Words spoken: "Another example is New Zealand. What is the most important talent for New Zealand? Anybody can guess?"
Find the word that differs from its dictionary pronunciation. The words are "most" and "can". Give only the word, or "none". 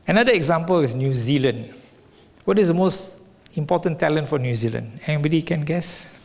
none